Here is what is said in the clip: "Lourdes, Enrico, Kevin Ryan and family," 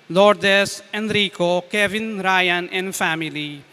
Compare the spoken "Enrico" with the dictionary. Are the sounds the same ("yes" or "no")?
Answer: yes